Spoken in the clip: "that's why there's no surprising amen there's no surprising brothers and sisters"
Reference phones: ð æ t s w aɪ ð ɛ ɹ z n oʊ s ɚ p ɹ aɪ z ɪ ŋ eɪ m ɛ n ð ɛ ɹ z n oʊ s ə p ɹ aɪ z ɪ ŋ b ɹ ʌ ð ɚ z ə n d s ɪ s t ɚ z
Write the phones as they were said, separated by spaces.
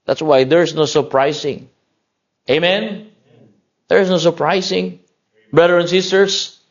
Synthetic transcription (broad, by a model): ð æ t s w aɪ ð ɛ ɹ s n oʊ s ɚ p ɹ aɪ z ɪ ŋ eɪ m ɛ n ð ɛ ɹ s n oʊ s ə p ɹ aɪ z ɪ ŋ b ɹ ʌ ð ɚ ə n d s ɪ s t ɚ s